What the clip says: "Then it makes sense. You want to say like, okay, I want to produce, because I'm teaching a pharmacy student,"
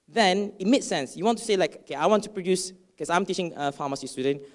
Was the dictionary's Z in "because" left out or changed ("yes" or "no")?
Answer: yes